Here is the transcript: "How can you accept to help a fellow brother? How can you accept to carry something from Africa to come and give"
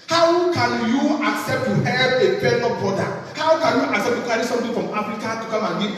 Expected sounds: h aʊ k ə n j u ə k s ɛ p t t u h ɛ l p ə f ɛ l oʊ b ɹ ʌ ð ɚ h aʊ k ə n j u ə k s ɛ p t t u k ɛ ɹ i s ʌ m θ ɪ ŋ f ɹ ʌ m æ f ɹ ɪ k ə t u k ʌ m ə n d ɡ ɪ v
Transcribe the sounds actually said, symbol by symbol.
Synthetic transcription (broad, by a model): h aʊ k ə n j u ə k s ɛ p t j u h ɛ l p ə p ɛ n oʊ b ɔ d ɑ h aʊ k ə n j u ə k s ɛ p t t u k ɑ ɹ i s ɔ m t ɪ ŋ f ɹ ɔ m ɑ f ɹ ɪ k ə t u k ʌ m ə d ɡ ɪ